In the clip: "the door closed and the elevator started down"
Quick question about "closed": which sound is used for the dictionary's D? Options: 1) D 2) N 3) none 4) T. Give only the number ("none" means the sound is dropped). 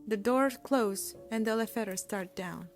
3